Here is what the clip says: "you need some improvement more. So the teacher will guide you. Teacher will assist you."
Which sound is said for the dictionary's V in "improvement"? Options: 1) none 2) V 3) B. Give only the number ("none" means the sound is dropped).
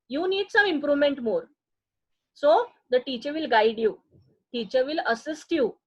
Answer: 2